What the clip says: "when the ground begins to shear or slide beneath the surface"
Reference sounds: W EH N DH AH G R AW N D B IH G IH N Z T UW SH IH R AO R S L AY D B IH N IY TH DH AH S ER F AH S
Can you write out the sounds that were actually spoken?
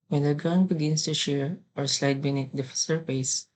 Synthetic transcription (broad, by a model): W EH N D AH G AW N B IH G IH N S T UW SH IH R AO R S L AY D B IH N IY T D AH S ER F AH S